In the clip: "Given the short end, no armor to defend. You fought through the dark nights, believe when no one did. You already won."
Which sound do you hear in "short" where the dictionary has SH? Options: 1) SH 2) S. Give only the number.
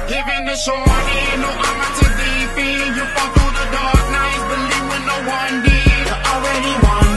2